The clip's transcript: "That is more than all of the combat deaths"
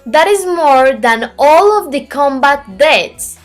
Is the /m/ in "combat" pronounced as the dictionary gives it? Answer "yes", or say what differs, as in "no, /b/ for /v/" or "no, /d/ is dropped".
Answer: yes